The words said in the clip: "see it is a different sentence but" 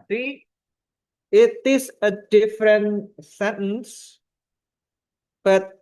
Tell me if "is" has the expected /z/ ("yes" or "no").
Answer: no